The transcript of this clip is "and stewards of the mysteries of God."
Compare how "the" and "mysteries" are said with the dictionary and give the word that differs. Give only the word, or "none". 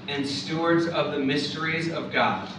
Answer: none